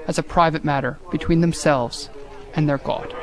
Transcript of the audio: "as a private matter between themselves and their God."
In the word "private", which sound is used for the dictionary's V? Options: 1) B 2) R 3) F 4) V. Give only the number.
4